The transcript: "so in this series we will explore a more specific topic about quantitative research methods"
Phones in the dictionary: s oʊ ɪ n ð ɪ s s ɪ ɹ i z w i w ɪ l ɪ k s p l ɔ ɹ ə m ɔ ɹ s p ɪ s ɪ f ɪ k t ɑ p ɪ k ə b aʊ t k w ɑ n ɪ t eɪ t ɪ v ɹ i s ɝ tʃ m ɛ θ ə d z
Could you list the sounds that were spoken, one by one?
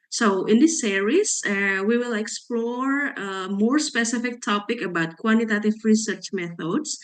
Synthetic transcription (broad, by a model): s oʊ ɪ n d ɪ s s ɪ ɹ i s w i w ɪ l ɪ k s p l ɔ ɹ ə m ɔ ɹ s p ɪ s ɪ f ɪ k t ɑ p ɪ k ə b aʊ t k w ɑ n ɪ t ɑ t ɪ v ɹ i s ɝ tʃ m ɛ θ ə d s